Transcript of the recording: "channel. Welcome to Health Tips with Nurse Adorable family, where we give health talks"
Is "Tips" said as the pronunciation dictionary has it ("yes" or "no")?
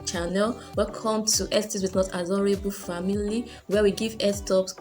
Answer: no